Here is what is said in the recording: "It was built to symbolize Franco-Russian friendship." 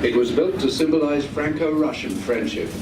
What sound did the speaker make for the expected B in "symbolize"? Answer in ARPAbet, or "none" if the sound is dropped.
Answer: B